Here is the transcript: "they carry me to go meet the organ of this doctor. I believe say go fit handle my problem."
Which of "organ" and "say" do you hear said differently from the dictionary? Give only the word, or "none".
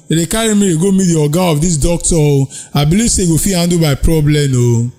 organ